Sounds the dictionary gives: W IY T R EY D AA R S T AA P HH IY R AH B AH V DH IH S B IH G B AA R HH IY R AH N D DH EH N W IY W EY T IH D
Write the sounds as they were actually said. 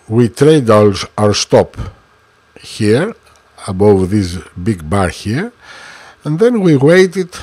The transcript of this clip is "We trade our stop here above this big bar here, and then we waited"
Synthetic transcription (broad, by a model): W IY T R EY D AA R S T AA P HH IY R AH B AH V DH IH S B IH G B AA R HH IY R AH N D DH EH N W IY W EY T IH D